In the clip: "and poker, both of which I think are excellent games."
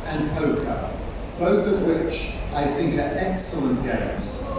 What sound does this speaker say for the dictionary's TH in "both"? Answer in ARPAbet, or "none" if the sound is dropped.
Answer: TH